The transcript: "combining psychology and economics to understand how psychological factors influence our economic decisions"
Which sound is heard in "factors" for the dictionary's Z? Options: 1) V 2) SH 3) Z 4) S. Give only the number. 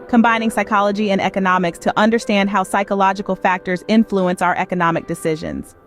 3